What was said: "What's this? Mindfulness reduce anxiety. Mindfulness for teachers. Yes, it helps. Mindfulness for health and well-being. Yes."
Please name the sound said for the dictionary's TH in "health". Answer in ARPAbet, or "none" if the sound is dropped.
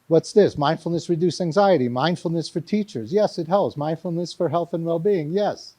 TH